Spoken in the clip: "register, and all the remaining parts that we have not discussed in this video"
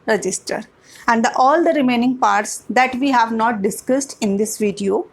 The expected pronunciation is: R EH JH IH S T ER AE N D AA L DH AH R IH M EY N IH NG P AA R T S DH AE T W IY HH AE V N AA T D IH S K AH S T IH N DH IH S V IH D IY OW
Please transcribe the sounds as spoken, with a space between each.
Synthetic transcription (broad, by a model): R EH JH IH S T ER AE N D AA L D AH R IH M EY N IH NG P AA R T S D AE T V IY HH AE V N AA T D IH S K AH S T IH N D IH S V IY D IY OW